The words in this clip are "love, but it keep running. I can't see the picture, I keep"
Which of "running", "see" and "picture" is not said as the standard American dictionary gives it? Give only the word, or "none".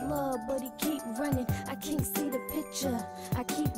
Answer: none